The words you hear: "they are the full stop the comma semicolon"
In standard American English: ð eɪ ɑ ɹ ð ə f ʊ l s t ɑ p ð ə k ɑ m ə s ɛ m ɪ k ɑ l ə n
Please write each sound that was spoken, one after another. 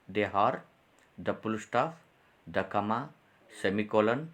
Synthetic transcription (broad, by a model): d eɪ ɑ ɹ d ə p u l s t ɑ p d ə k ɑ m ə s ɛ m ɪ k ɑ l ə n